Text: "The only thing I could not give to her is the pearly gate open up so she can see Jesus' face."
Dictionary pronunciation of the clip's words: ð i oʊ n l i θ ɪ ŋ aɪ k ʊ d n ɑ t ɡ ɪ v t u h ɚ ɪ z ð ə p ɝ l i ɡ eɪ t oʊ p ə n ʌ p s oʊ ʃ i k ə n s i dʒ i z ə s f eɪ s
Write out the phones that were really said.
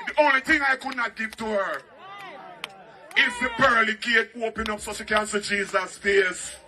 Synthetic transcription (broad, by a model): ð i oʊ n l i θ ɪ ŋ aɪ k ʊ d n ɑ t ɡ ɪ v t u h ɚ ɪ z ð ə b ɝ l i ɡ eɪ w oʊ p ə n ʌ p s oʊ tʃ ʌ k ə n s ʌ dʒ i z ə s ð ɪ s